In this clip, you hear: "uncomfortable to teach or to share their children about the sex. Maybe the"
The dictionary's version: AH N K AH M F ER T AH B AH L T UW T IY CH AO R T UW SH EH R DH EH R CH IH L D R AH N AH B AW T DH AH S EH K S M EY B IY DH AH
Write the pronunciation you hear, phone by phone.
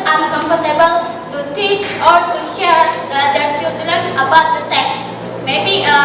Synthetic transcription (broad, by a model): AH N K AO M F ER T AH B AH L T UW T IY CH AO R T UW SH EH R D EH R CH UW D L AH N AH B AW T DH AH S EH K S M EY B IY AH